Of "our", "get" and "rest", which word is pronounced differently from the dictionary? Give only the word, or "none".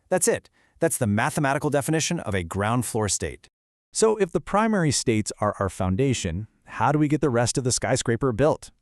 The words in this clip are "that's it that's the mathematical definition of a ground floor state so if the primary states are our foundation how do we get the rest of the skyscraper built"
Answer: none